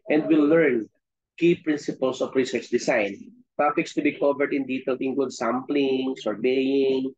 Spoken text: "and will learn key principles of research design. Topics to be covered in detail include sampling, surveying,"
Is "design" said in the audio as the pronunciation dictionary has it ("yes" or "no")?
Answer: no